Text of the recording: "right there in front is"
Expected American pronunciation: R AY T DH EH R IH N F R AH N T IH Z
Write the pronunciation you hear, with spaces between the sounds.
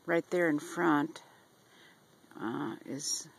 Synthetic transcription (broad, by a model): R AY T DH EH R IH N F R AH N T IH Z